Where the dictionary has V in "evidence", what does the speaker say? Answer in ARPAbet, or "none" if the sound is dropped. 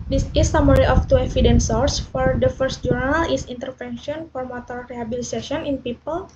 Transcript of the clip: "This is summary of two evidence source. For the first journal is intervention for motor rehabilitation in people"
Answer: F